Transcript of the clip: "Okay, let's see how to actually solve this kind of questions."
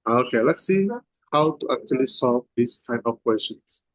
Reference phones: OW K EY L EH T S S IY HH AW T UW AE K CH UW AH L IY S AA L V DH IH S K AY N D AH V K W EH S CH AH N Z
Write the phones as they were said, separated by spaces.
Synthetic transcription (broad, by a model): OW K EY L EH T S S IY HH AW T UW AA K CH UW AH L IY S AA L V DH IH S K AY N AH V K W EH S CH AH N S